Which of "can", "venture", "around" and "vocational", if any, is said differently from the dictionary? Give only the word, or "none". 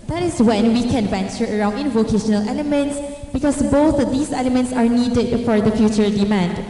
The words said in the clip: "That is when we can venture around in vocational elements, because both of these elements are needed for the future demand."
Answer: none